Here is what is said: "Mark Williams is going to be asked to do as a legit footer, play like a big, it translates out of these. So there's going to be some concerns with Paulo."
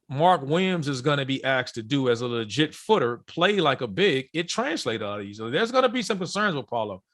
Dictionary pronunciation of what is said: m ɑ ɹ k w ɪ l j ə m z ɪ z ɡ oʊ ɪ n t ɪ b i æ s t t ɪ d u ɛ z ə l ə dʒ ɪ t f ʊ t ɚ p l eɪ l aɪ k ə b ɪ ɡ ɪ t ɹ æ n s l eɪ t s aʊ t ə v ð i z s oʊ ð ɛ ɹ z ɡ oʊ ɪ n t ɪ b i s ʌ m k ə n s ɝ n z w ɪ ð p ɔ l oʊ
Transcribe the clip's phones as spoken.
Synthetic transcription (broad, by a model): m ɑ ɹ k w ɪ m z ɪ z ɡ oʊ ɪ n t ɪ b i æ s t t ɪ d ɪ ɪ z ə l ə dʒ ɪ t f ʊ t ɚ p l eɪ l aɪ k ə b ɪ ɡ ɪ t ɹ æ n s l eɪ t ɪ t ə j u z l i ð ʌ ɹ z ɡ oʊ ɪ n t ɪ b i s ʌ m k ə n s ɝ n z w ɪ ð p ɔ l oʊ